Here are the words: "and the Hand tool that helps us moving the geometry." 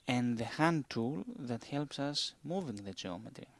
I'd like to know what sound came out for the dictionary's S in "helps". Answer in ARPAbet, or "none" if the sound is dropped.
S